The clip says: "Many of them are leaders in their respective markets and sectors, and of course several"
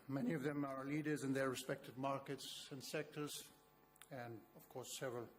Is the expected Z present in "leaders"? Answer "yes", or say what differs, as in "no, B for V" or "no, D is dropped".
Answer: yes